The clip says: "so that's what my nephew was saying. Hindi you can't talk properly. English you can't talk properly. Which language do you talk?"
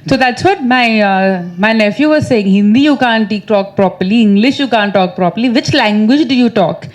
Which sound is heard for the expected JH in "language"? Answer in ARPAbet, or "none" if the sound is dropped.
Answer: JH